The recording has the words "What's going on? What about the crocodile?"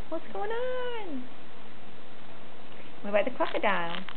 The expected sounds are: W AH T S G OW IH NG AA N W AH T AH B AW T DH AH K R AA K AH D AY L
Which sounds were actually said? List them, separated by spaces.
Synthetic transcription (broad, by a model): W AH T S G OW IH NG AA N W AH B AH IH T DH AH K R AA K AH D AY L